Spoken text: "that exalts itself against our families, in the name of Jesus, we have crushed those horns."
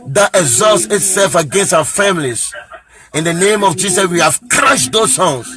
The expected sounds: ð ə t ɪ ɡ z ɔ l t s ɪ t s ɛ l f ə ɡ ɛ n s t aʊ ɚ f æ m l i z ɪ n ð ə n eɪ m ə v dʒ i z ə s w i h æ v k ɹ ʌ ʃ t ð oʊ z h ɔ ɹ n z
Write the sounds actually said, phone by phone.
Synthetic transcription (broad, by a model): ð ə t ɪ ɡ z ɔ l t s ɪ t s ɛ l f ə ɡ ɛ n s t aʊ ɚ f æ m l i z ɪ n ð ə n eɪ m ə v dʒ i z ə s w i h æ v k ɹ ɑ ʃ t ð oʊ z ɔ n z